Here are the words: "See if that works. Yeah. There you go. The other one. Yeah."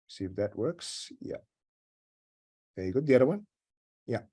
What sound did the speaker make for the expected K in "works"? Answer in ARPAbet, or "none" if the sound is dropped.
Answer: K